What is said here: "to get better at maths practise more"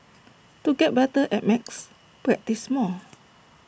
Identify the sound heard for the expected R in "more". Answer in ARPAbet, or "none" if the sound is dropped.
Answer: L